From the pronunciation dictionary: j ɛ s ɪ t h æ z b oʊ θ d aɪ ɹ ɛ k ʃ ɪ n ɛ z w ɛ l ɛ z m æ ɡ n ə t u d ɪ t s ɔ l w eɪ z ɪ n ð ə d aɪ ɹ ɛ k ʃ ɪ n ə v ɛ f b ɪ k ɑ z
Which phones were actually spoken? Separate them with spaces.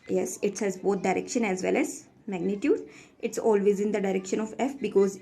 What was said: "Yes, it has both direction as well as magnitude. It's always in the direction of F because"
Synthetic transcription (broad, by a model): j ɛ s ɪ t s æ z b oʊ t d aɪ ɹ ɛ k ʃ ɪ n ɛ z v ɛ l ɛ z m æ ɡ n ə t u d ɪ t s ɔ l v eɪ z ɪ n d ə d aɪ ɹ ɛ k ʃ ɪ n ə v ɛ f b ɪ k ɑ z